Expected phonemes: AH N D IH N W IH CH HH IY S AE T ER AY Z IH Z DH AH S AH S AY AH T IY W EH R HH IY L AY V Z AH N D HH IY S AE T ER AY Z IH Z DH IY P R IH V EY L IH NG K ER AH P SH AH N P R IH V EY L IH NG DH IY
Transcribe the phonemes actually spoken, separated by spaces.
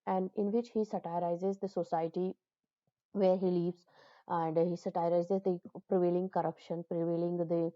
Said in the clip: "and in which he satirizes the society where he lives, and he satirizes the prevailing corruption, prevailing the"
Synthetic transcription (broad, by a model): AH N D IH N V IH CH HH IY S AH T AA AY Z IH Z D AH S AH S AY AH T IY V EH R HH IY L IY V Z AH N D HH IY S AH T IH AY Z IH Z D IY P R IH V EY L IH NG K ER AH P SH AH N P R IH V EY L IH NG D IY